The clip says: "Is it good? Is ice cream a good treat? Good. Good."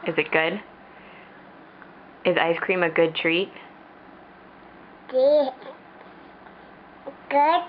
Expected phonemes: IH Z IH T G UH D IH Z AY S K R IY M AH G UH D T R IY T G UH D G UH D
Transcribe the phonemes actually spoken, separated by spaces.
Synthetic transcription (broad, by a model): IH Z IH T G UH D IH Z AY S K R IY M AH G UH D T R IY T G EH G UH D